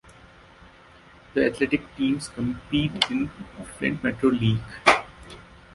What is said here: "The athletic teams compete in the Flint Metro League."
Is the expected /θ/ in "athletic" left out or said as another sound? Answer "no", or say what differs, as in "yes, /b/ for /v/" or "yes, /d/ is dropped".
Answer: yes, /t/ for /θ/